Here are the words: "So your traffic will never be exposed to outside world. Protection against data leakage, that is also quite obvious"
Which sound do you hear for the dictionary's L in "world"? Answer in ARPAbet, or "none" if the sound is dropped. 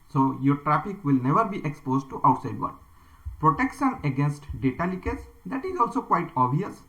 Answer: none